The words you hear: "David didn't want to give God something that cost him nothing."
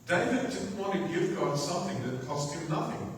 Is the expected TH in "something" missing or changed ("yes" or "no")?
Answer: no